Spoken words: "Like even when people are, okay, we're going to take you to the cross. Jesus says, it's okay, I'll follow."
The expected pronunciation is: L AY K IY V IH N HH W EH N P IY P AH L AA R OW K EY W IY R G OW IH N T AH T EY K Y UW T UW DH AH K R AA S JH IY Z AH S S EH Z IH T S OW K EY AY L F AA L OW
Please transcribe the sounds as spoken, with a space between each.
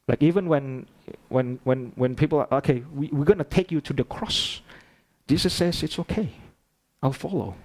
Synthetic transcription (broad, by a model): L AY K IY V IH N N W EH N P IY P AH L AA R OW K EY W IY W G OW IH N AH T EY K Y UW T UW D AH K R AA S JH IY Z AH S S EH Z IH T S OW K EY AY L F AA L OW